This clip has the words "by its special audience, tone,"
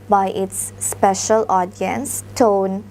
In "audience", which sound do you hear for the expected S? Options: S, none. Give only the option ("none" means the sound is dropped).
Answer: S